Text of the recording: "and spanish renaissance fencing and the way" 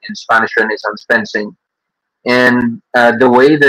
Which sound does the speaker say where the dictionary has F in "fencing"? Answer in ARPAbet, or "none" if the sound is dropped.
P